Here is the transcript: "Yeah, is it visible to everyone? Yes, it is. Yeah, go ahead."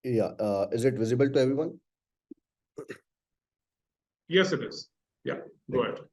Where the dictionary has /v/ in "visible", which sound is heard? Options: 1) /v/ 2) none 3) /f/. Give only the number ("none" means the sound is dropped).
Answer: 1